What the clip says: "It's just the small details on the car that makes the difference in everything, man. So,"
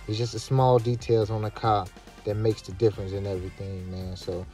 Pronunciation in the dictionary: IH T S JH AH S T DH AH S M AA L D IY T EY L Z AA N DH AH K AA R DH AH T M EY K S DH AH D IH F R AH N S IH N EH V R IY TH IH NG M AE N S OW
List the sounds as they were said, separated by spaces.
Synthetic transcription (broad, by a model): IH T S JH AH S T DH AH S M AA L D IY T EY L Z N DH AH K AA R DH AH T M EY K S DH AH D IH F R AH N S IH N EH V R IY TH IH NG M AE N S OW